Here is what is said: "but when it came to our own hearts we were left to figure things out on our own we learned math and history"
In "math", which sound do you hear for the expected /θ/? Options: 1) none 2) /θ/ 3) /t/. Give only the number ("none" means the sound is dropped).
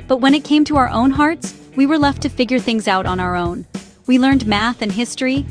2